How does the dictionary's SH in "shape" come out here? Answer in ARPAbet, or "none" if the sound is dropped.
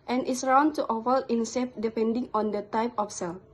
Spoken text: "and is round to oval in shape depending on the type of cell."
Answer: S